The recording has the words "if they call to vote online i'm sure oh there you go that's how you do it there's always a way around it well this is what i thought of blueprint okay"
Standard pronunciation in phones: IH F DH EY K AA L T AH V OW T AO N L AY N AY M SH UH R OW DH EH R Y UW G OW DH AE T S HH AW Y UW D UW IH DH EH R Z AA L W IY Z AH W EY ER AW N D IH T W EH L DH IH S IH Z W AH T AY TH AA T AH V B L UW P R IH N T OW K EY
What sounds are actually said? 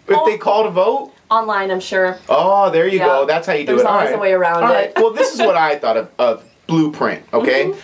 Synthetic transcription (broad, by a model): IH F DH EY K AA L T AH V OW T AO N L AY N AY M SH UH R OW DH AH R Y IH G OW DH AE T S HH AW Y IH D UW IH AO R AA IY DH AH W EY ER AW N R IH T W EH L DH IH S IH Z W AH T AY TH AA T AH V B L UW P R IH N T OW K EY